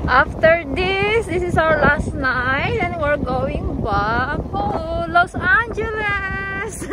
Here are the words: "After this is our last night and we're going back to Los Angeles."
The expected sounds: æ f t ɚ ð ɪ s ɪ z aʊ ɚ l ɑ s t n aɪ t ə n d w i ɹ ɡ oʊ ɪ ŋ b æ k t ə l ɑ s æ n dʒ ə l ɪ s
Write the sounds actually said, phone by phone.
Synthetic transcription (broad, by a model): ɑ f t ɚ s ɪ s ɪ s aʊ ɚ l ɑ s t n aɪ t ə n w i ɹ ɡ oʊ ɪ ŋ b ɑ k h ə l ɑ s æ n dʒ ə l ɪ s